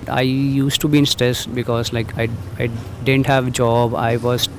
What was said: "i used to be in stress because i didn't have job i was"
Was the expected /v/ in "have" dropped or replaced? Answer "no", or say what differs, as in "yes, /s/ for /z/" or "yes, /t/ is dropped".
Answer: no